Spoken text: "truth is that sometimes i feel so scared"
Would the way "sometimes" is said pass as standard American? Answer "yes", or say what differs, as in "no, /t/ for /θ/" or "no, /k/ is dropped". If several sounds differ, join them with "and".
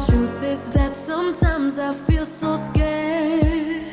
yes